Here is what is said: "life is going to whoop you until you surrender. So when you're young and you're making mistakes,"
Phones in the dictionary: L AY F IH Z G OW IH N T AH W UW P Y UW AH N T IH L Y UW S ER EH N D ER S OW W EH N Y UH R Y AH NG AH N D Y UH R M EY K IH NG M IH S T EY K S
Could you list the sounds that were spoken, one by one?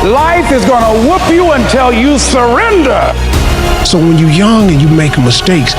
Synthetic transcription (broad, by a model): L AY F IH Z G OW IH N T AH W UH P Y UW AH N T IH L Y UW S ER EH N D ER S OW W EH N Y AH R Y AH NG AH N Y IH M EY IH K M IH S T EY K S